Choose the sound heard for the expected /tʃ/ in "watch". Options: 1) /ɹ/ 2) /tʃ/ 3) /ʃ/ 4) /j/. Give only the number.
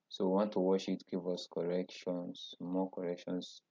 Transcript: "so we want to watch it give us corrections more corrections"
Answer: 3